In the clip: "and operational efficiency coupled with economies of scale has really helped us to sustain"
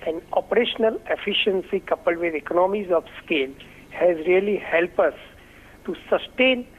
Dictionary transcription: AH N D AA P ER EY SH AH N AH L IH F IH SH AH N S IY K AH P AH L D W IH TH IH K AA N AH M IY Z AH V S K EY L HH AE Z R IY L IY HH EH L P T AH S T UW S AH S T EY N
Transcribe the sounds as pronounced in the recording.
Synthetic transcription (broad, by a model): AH N AA P ER EY SH AH N AH L IH F IH SH AH N S IY K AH P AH L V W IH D IH K AA N AH M IY Z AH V S K EY L HH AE Z R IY L IY HH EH L P AH S T UW S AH S T EY N